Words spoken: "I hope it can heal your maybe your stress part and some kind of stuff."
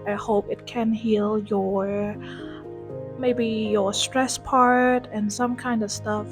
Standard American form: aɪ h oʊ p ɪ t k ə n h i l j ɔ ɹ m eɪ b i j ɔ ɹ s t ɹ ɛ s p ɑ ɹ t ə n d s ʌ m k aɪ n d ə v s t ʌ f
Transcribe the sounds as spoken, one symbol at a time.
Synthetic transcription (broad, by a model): aɪ h oʊ p ɪ t k ə n h i l j ɔ ɹ m eɪ b i j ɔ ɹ s t ɹ ɛ s p ɑ ɹ t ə n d s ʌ m k aɪ n d ə v s t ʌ f